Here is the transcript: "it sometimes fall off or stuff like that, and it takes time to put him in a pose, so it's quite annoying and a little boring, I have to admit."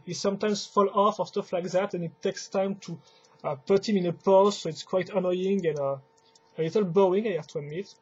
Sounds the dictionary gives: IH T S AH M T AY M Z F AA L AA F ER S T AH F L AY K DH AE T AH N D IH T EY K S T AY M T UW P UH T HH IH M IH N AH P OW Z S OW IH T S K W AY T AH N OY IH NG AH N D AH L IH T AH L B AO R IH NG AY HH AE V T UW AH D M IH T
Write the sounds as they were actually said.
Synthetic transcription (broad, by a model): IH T S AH M T AY M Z F AA L AA F ER S T AH F L AY K DH AE T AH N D IH T EY K S T AY M T UW P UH T HH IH M IH N AH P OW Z S OW IH T S K W AY T AH N OY IH NG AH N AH AH L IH T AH L B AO IH NG AY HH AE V T UW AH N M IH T